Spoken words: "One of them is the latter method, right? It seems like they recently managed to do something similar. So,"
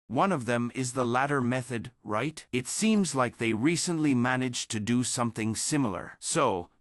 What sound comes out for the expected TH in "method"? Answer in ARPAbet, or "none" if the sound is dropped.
TH